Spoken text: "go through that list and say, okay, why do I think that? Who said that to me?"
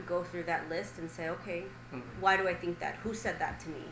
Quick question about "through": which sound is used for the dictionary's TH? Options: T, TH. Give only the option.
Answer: TH